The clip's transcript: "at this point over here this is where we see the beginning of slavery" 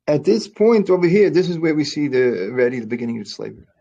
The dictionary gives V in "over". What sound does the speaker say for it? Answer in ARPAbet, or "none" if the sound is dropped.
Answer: B